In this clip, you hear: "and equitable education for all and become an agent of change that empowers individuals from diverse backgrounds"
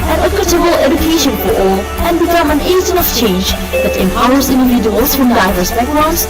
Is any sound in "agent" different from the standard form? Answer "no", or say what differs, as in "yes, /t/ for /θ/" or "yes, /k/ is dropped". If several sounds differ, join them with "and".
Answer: yes, /t/ is dropped